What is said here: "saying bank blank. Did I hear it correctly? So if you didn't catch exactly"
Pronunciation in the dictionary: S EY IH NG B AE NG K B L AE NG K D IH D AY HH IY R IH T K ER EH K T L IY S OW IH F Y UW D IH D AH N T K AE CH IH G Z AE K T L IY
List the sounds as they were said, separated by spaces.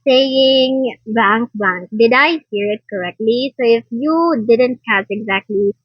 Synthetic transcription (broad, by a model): S EY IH NG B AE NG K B AE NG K D IH D AY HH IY R IH T K ER EH K T L IY S OW IH F Y UW D IH D AH N T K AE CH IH G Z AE K T L IY